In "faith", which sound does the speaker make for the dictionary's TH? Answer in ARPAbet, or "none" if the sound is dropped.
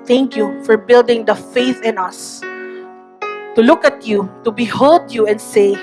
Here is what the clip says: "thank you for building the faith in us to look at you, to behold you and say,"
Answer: TH